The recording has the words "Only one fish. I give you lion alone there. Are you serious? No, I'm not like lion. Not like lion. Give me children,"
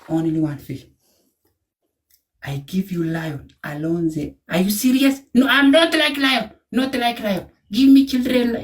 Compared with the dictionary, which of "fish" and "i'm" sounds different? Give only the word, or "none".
fish